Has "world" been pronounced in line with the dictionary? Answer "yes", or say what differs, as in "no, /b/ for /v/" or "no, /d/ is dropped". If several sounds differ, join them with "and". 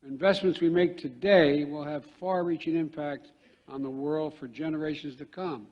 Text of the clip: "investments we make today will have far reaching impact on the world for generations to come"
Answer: yes